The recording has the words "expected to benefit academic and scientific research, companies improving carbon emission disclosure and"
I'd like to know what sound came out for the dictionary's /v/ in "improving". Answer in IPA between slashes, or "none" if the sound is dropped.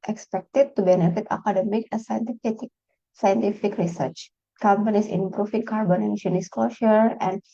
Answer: /f/